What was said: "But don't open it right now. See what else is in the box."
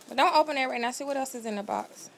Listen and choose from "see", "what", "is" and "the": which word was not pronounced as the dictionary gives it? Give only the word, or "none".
none